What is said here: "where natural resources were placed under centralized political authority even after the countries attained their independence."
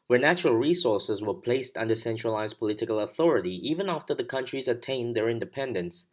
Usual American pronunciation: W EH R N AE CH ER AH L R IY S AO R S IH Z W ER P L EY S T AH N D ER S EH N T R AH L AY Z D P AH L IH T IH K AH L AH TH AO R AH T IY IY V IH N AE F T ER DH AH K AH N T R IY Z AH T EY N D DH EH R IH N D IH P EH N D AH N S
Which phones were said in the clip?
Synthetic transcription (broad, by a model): W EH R N AE CH ER AH L R IY S AO R S IH Z W ER P L EY S T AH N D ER S EH N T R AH L AY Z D P AH L IH T IH K AH L AH TH AO R AH T IY IY V IH N AE F T ER DH AH K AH N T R IY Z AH T EY N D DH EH R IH N D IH P EH N D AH N S